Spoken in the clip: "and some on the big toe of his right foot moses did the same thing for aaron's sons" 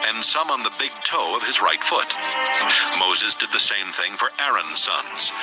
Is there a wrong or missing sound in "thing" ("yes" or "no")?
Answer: no